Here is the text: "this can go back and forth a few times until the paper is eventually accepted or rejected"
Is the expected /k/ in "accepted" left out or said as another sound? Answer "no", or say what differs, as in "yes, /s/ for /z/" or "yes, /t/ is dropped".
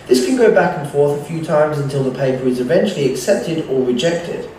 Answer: no